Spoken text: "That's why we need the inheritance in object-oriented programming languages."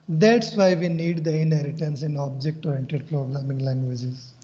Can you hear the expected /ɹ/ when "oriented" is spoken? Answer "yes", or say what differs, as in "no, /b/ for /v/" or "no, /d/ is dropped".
no, /ɹ/ is dropped